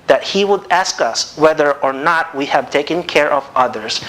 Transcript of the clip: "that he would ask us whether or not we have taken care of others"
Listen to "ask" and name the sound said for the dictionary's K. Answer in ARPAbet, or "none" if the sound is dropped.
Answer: K